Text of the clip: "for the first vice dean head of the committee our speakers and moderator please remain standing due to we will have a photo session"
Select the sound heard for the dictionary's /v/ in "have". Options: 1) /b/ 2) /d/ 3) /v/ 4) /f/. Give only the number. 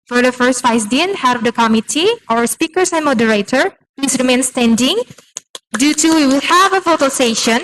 3